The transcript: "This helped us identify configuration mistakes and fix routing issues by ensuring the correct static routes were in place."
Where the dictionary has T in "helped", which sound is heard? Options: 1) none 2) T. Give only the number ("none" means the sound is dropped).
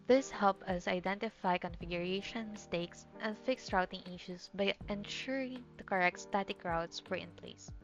1